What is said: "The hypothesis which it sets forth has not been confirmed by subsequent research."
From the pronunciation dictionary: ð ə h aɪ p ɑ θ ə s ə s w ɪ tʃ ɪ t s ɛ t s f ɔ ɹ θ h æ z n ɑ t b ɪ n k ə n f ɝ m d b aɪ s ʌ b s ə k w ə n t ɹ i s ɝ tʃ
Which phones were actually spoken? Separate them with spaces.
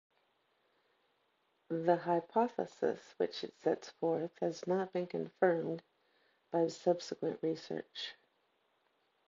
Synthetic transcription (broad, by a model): ð ə h aɪ p ɑ θ ə s ə s w ɪ tʃ ɪ t s ɛ t s f ɔ ɹ θ h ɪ z n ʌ t b ɪ n k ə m f ɝ m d b aɪ s ʌ b s ə k w ə n t ɹ i s ɝ tʃ